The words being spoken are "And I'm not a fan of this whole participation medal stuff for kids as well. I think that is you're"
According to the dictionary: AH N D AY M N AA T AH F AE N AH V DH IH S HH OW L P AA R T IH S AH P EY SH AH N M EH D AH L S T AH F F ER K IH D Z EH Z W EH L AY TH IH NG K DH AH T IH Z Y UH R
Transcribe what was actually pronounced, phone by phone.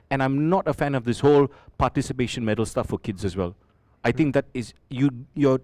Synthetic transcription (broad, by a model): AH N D AY M N AA T AH F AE N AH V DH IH S HH OW L P AA T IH S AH P EY SH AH N M EH D AH L S T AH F F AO K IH D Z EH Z W EH L AY T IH NG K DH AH T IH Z Y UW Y